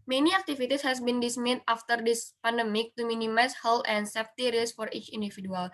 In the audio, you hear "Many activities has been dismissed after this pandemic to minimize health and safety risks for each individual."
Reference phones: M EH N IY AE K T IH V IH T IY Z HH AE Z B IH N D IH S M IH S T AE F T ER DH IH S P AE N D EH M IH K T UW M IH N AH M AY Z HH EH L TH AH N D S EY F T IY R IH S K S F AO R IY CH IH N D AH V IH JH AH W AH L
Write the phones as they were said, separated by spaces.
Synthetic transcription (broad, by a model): M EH N IY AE K T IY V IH T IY S HH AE S B IH N D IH S M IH T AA F T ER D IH S P AE N D EH M IH K T UW M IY N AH M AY S HH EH L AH N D S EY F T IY R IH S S F AO R IY CH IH N D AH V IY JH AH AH L